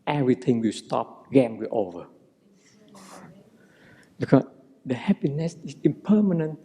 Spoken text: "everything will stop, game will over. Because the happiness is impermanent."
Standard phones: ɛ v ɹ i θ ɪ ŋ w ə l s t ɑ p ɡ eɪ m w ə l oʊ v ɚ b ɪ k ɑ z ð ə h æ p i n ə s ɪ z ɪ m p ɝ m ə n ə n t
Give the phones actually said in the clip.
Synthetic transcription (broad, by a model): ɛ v ɹ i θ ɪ ŋ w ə s t ɑ p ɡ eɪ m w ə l oʊ v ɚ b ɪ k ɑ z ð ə h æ p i n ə s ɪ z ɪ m p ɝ m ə n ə n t